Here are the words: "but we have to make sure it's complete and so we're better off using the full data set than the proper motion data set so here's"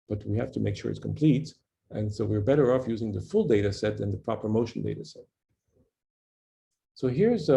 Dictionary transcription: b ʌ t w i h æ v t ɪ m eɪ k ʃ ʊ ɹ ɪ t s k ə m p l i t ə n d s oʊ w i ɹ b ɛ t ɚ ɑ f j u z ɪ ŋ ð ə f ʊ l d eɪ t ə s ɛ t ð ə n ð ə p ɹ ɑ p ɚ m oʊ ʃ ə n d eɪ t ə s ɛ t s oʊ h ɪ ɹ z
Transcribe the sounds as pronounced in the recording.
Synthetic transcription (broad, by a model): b ʌ t w i h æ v t ɪ m eɪ k ʃ ʊ ɹ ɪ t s k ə m p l i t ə n s oʊ w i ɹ b ɛ t ɚ ɑ f j u z ɪ ŋ ð ə f ʊ l d eɪ t ə s ɛ t ð ə n ð ə p ɹ ɑ p ɚ m oʊ ʃ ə n d eɪ t ə s ɛ t s oʊ h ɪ ɹ z